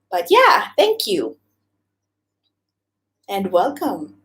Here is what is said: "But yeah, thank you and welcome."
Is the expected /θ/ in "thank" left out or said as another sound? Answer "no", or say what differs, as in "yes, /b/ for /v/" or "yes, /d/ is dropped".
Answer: no